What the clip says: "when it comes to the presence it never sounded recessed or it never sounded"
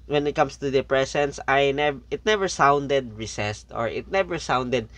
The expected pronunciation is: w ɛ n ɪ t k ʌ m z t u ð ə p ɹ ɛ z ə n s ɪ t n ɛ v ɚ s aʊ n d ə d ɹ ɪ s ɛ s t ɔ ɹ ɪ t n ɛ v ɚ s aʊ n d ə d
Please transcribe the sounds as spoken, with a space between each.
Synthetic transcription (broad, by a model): w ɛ n ɪ t k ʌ m s t u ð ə p ɹ ɛ s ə n s ɪ t n ɛ v ɚ s aʊ n d ə d ɹ ɪ s ɛ s t ɔ ɹ ɪ t n ɛ v ɚ s aʊ n d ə d